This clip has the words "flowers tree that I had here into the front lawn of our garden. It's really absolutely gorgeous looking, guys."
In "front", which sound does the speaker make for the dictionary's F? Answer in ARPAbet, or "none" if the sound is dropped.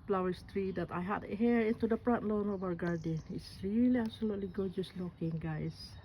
P